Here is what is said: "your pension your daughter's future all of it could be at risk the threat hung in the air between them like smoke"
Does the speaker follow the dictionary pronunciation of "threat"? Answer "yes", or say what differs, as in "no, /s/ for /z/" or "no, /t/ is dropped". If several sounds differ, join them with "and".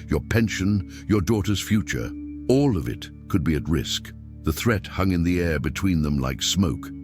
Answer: yes